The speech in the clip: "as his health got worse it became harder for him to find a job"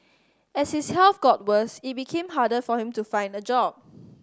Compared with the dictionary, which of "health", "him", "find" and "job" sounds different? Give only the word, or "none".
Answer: health